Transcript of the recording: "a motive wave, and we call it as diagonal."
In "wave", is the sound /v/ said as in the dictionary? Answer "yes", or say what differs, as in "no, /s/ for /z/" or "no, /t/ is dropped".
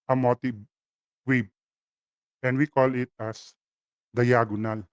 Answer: no, /b/ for /v/